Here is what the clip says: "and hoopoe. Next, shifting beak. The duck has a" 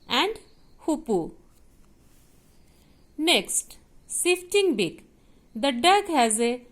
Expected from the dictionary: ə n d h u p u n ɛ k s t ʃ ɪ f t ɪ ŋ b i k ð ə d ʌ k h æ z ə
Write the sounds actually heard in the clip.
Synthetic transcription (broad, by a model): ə n d h u p u n ɛ k s t s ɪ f t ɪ ŋ b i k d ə d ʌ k h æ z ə